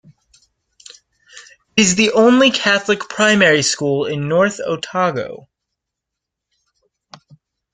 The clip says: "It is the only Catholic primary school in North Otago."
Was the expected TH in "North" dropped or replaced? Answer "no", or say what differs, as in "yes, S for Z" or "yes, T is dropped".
no